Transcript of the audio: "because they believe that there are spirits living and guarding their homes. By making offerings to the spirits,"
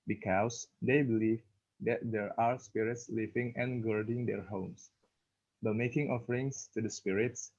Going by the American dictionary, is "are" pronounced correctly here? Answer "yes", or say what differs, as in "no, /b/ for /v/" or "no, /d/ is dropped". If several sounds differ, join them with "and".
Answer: yes